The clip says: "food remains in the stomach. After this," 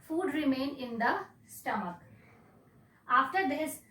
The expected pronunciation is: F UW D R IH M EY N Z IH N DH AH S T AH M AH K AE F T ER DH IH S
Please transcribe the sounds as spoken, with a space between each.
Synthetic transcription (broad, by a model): F UW D R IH M EY N IH N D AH S T AH M AH K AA F T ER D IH S